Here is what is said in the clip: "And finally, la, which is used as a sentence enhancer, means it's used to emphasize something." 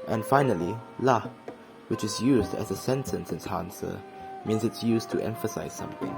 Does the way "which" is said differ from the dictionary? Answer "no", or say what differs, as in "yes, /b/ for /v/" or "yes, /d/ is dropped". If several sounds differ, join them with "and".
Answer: no